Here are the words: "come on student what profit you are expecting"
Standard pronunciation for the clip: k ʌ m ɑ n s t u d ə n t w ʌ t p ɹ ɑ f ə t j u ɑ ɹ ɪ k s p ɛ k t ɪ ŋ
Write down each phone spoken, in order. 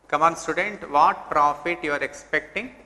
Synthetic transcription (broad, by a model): k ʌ m ɑ n s t u d ə n t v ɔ t p ɹ ɑ f ə t j u ɑ ɹ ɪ k s p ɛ k t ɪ ŋ